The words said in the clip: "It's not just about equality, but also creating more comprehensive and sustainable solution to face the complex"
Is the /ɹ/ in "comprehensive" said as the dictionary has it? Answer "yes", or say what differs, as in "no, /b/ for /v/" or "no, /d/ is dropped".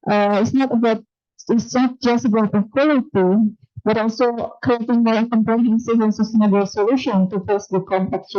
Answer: no, /ɹ/ is dropped